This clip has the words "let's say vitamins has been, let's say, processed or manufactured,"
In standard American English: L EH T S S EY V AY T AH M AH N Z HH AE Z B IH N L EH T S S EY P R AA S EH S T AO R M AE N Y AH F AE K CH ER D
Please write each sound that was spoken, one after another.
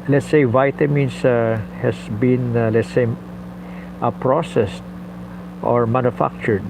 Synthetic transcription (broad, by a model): L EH T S S EY V AY T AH M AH N S HH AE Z B IH N L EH T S S EY P R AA S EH S T AO R M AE N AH F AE K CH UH D